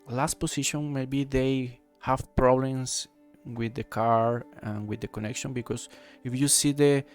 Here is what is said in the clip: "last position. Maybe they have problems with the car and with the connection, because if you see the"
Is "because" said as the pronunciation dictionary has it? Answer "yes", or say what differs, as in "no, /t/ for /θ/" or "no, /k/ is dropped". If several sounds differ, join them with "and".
no, /s/ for /z/